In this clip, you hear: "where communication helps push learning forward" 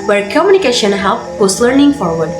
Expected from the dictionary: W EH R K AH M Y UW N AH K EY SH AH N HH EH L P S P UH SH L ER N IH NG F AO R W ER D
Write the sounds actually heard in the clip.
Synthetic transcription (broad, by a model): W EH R K AH M Y UW N AH K EY SH AH N HH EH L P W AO S L ER N IH NG F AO R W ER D